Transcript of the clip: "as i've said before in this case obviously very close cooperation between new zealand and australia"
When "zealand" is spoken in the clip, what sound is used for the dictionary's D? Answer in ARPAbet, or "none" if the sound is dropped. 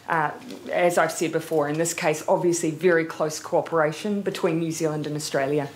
D